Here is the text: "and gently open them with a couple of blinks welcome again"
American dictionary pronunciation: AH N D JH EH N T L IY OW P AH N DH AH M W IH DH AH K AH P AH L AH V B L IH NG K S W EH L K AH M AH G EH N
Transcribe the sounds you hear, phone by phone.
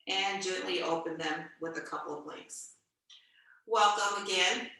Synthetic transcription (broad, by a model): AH N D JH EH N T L IY OW P AH N DH AH M W IH DH AH K AH P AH L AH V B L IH K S W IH L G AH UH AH G EH N